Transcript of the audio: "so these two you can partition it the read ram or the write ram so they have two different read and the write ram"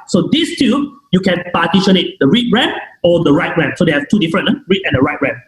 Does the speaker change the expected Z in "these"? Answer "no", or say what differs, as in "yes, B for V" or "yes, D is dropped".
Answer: yes, S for Z